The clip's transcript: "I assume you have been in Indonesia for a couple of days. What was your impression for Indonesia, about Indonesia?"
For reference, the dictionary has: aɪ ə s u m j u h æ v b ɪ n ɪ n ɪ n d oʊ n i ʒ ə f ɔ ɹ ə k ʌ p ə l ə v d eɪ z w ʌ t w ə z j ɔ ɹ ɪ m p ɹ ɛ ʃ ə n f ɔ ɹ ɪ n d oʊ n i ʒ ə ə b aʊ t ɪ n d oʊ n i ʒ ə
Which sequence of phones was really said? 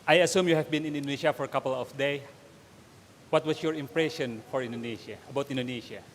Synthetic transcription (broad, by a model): aɪ ə s u m j u h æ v b ɪ n ɪ n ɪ n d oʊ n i ʃ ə f ɔ ɹ ə k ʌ p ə l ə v d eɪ w ʌ t w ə s j ɔ ɹ ɪ m p ɹ ɛ ʃ ə n f ɔ ɹ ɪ n d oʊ n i ʃ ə ə b aʊ t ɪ n d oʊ n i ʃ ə